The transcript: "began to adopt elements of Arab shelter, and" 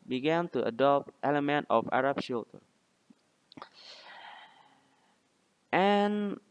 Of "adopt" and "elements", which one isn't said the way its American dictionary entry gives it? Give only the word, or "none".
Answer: elements